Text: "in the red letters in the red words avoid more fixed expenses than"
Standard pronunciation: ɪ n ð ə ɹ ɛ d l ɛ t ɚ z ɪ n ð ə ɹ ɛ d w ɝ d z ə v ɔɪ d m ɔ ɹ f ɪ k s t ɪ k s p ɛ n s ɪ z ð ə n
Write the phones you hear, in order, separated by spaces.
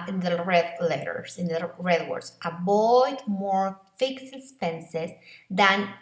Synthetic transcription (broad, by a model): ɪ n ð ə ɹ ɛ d l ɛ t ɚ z ɪ n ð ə ɹ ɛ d w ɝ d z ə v ɔɪ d m ɔ ɹ f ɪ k s ɪ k s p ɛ n s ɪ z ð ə n